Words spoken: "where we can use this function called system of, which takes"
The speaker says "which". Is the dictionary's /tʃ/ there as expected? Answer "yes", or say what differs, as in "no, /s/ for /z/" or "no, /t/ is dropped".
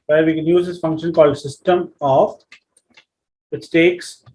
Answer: no, /s/ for /tʃ/